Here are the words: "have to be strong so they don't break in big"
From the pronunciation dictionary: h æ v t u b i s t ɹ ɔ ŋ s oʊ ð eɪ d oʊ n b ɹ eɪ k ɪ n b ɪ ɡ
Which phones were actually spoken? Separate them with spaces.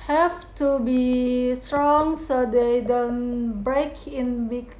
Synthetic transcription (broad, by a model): h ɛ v t u b i s t ɹ ɔ ŋ s oʊ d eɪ d oʊ n b ɹ eɪ k ɪ n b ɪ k